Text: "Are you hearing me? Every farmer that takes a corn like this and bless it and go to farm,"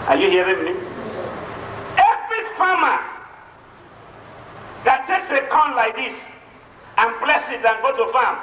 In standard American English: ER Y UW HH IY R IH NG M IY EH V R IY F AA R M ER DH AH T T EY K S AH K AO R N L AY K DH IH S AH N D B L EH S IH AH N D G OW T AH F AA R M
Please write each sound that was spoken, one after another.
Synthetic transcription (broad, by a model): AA Y UW HH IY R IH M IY EH V R IY F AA M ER DH AH T T EY K S AH K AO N L AY K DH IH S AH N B L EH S IH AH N G OW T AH F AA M